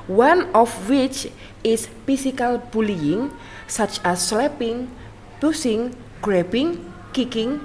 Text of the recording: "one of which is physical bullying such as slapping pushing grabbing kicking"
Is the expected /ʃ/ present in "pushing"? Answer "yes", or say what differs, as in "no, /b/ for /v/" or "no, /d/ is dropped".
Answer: no, /s/ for /ʃ/